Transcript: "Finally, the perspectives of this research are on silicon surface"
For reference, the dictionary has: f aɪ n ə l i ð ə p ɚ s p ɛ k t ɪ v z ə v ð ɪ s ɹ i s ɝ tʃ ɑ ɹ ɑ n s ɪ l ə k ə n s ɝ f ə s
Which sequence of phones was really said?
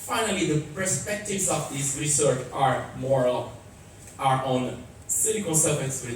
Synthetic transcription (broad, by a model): f aɪ n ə l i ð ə p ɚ s p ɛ k t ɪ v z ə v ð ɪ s ɹ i s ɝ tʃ ɑ ɹ ɑ n s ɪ n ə k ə l s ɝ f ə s